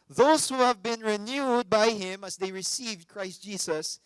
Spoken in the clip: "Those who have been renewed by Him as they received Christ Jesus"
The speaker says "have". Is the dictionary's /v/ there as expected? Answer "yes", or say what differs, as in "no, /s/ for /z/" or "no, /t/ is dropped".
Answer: yes